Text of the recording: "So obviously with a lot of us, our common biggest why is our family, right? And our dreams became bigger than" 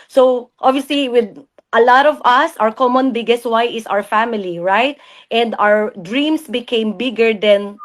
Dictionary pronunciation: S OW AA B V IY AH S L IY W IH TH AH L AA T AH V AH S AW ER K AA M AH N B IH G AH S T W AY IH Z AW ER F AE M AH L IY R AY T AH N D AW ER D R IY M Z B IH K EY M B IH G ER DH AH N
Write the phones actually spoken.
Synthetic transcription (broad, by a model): S OW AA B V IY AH S L IY W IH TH AH L AA T AH V AH S AW ER K AA M AH N B IH G AH S T W AY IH S AW ER F AE M AH L IY R AY T AH N D AW ER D R IY M S B IH K EY M B IH G ER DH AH N